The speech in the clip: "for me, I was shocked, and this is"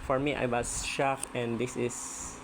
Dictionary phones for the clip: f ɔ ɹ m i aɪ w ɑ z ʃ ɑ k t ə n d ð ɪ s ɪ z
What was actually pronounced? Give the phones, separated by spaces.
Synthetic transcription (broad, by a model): f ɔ ɹ m i aɪ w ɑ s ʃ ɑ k ə n d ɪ s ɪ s